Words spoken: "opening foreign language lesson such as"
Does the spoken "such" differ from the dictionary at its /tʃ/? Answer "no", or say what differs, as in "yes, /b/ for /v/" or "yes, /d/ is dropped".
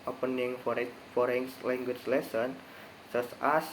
yes, /s/ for /tʃ/